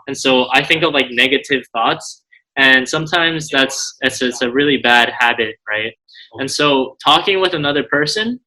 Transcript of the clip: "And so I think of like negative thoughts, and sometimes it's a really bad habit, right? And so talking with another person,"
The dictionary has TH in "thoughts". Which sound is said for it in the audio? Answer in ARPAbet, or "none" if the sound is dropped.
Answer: TH